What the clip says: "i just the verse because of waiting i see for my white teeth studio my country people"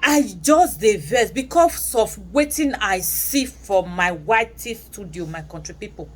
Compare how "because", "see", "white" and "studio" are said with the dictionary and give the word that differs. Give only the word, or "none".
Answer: because